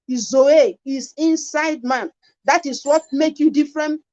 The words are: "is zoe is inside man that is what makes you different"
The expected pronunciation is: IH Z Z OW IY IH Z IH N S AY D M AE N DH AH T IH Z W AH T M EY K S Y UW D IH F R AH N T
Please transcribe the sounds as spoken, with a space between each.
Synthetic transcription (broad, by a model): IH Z Z OW IY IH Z IH N S AY D M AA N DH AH T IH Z W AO T M EY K Y UW D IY F R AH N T